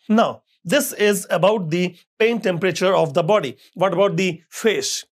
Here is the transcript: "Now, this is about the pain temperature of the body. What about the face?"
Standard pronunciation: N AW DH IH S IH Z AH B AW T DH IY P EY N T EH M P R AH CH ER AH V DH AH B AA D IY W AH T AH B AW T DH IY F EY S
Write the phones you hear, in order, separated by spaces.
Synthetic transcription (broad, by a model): N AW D IH S IH Z AH B AW T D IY P EY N T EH M P R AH CH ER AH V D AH B AA D IY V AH T AH B AW T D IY F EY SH